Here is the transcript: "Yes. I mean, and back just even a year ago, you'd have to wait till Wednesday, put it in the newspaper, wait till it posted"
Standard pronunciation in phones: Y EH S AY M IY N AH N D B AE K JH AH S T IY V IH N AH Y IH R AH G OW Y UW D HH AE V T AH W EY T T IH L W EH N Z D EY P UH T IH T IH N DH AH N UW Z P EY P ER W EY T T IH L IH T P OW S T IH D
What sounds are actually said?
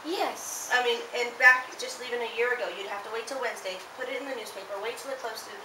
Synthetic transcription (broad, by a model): Y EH S AY M IY N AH N B AE K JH AH S T IY V IH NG AH Y IH R AH G OW Y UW D HH AE F T AH W EY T T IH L W EH N Z D EY P UH T IH T IH N DH AH N UW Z P EY P ER W EY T T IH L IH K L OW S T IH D